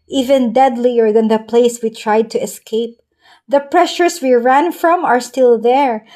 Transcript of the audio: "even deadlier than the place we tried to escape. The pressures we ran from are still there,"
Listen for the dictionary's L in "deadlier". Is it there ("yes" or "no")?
yes